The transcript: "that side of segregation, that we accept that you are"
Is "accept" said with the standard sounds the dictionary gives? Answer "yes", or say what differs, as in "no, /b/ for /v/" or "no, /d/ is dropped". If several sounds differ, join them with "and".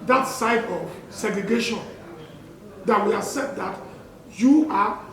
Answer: no, /k/ is dropped and /p/ is dropped